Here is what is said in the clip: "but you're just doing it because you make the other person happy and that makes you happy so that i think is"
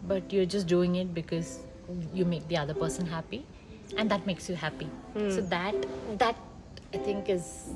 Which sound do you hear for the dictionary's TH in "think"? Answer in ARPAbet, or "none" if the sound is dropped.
T